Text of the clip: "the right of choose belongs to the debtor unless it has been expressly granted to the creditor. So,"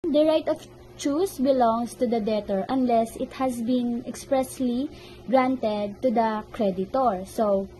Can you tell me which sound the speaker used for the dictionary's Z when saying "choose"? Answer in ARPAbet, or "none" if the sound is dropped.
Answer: S